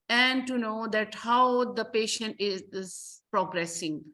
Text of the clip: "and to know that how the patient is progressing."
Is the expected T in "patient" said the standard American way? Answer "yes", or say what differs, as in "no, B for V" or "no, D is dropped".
yes